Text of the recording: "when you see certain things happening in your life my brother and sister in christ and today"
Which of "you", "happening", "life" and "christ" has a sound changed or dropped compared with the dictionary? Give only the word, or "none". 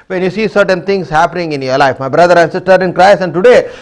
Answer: christ